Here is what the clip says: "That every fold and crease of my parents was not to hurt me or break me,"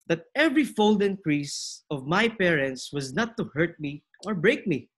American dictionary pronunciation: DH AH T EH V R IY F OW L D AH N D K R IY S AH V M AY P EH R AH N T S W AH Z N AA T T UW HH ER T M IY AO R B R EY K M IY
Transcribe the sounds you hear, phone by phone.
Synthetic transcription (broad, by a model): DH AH T EH V R IY F OW L D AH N K R IY S AH V M AY P EH R AH N T S W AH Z N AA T T UW HH ER T M IY AO R B R EY K M IY